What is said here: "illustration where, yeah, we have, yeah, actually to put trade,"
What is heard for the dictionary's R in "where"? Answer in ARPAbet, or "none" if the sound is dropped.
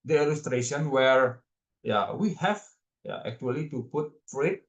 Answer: R